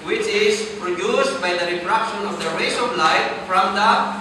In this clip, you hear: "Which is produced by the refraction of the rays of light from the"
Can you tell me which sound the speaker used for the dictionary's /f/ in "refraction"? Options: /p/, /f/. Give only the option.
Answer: /p/